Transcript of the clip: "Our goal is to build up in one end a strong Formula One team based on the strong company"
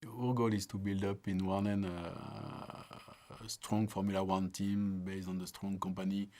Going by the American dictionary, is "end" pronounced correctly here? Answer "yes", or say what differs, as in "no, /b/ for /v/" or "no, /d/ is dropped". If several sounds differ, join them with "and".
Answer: no, /d/ is dropped